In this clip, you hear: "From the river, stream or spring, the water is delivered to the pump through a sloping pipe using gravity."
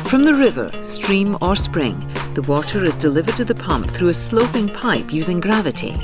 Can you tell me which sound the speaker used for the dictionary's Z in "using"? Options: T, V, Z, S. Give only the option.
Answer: Z